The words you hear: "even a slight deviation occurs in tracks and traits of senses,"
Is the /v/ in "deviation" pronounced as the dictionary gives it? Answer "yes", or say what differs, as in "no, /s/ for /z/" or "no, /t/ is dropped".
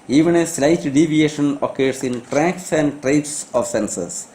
yes